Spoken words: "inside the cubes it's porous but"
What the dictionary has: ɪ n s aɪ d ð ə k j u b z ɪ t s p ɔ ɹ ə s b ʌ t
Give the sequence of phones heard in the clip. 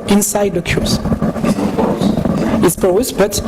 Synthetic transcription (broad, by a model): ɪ n s aɪ d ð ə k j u z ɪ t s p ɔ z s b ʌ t